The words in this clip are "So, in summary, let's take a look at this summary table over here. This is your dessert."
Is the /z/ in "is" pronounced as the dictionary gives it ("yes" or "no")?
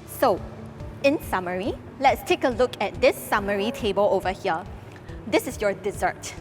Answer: no